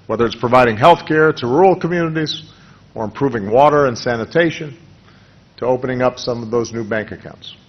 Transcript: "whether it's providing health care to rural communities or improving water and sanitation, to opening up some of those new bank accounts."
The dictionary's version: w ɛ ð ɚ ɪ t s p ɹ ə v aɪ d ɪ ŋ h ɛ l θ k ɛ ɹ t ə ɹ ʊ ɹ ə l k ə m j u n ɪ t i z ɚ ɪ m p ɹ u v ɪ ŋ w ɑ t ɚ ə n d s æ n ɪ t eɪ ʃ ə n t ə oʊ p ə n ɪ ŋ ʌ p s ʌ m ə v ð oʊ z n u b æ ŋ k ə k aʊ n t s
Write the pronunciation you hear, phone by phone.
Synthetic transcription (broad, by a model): w ɛ ð ɚ ɪ t s p ɹ ə v aɪ d ɪ ŋ h ɛ l θ k ɛ ɹ t ə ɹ ɹ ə l k ə m j u n ɪ t i z ɚ ɪ m p ɹ u v ɪ ŋ w ɑ t ɚ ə n s æ n ɪ t eɪ ʃ ə n t ə oʊ p ə n ɪ ŋ ʌ p s ʌ m ə v ð oʊ z n u b æ ŋ k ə k aʊ n t s